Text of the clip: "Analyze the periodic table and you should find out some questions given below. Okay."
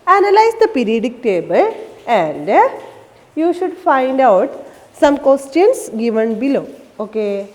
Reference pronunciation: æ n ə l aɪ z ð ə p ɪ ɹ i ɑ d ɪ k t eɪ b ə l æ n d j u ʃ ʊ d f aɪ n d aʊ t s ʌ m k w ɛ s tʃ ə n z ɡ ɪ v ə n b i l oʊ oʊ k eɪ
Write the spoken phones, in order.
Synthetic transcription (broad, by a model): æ n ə l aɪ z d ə p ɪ ɹ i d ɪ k t eɪ b ə l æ n d j u ʃ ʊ d f aɪ n d aʊ t s ʌ m k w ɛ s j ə n s ɡ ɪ v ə n b i l oʊ oʊ k eɪ